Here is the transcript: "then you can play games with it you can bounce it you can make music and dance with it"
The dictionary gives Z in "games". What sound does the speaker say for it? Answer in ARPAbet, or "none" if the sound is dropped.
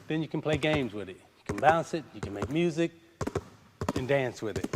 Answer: Z